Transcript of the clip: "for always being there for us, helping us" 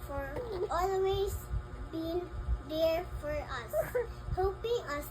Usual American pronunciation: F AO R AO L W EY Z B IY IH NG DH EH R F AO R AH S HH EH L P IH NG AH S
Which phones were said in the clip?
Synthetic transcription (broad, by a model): F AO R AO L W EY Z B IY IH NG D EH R F AO R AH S HH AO P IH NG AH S